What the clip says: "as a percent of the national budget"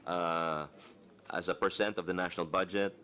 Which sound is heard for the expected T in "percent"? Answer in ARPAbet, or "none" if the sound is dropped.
T